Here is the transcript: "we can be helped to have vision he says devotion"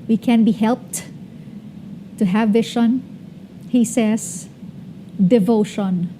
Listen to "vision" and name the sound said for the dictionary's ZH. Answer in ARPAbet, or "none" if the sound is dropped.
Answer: SH